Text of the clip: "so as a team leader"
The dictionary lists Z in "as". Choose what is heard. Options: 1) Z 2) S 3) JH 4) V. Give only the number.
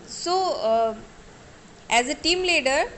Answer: 1